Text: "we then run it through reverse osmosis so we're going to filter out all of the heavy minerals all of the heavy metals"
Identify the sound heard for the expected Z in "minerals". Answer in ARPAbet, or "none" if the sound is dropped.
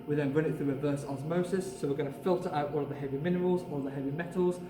Z